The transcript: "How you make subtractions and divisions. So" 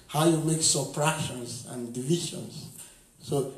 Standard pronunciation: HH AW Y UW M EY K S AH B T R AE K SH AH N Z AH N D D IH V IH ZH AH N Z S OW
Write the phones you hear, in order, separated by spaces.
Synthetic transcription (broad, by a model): HH AW Y UW M EY K S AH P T R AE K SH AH N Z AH N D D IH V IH SH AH N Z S OW